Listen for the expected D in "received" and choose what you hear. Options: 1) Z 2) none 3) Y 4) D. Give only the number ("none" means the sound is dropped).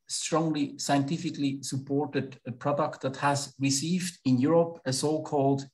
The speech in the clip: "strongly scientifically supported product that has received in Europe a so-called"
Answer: 4